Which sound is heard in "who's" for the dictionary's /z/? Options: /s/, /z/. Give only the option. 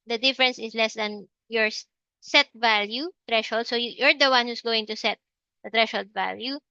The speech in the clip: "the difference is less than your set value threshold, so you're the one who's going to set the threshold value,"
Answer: /s/